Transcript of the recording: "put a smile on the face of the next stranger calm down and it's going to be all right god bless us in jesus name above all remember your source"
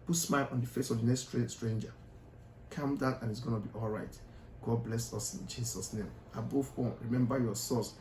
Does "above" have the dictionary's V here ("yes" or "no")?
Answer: no